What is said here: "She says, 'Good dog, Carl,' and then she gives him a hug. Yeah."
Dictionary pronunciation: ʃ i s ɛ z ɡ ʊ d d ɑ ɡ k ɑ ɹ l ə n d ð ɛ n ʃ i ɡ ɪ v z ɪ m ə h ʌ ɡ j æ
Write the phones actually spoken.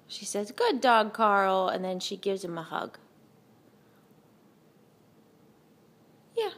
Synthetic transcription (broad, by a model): ʃ i s ɛ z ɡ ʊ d d ɑ ɡ k ɑ ɹ l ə n ð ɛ n ʃ i ɡ ɪ v z ɪ m ə h ʌ ɡ j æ